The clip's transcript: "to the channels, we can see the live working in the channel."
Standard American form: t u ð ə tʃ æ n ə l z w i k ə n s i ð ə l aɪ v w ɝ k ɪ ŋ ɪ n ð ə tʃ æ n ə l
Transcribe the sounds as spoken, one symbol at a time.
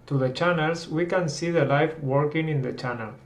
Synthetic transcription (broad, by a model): t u ð ə tʃ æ n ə l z w i k ə n s i ð ə l aɪ f w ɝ k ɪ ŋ ɪ n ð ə tʃ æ n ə l